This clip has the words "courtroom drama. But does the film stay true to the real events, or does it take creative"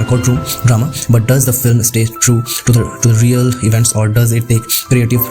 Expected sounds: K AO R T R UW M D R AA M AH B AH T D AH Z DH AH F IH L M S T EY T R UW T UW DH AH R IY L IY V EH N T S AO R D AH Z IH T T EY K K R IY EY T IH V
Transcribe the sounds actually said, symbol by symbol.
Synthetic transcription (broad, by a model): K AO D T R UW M D R AA M AH B AH T D AH Z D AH F IH L M S T EY T R UW T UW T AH R IY L IY V EH N T S AO R D AH Z IH T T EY K K R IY EY T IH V